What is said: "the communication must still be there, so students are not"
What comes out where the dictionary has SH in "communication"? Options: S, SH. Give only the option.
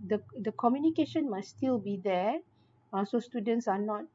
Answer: SH